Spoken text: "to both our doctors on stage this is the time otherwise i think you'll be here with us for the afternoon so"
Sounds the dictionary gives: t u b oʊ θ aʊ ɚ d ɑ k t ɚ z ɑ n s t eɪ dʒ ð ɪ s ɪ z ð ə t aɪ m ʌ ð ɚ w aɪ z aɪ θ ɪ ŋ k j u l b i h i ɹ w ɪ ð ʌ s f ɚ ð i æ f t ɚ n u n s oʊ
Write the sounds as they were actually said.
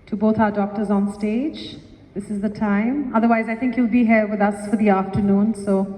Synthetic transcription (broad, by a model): t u b oʊ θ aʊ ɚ d ɑ k t ɚ z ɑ n s t eɪ dʒ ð ɪ s ɪ z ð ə t aɪ m ʌ ð ɚ w aɪ z aɪ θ ɪ ŋ k j u l b i h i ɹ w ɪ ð ʌ s f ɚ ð i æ f t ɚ n u n s oʊ